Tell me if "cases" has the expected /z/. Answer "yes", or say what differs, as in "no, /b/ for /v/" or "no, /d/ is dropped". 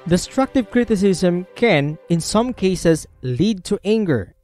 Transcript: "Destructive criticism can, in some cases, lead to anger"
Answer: no, /s/ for /z/